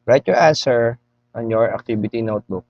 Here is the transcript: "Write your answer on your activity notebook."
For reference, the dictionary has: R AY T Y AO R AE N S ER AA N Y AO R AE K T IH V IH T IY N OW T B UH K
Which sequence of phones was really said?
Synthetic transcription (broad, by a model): R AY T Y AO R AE N S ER AA N Y AO R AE K T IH B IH T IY N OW T B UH K